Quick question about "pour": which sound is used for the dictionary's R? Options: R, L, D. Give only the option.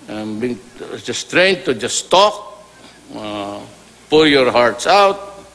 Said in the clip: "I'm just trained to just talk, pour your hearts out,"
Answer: L